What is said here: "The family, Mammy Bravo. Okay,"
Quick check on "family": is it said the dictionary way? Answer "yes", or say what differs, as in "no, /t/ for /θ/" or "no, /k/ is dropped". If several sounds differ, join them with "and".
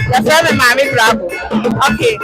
no, /l/ is dropped